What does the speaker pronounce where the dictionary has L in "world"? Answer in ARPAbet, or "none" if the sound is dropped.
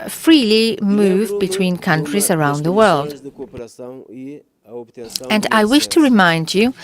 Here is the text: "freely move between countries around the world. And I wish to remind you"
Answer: L